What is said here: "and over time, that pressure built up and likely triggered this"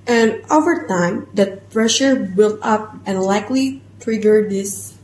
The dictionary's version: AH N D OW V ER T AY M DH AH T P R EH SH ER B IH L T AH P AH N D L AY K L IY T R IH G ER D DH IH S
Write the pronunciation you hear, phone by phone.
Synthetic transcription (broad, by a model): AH N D OW V ER T AY M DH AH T P R EH SH ER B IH L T AH P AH N L AY K L IY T R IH G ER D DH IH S